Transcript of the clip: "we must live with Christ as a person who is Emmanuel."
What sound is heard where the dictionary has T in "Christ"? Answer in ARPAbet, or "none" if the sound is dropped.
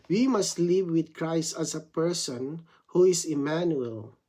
T